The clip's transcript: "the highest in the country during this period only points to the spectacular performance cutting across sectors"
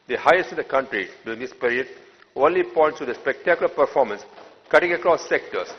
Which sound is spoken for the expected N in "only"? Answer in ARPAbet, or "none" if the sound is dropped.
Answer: none